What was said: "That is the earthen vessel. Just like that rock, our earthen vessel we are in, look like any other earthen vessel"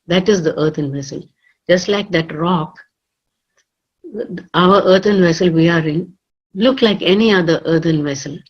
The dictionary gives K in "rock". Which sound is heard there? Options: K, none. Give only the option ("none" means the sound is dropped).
K